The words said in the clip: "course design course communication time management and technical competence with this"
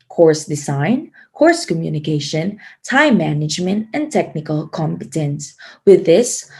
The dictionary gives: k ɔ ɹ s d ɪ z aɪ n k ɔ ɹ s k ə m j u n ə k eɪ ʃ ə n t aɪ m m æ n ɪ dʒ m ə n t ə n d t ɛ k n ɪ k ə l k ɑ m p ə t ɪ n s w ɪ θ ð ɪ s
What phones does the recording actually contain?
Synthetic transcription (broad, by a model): k ɔ ɹ s d ɪ z aɪ n k ɔ ɹ s k ə m j u n ə k eɪ ʃ ə n t aɪ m m æ n ɪ dʒ m ə n t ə n t ɛ k n ɪ k ə l k ɑ m p ə t ɪ n s w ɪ ð ɪ s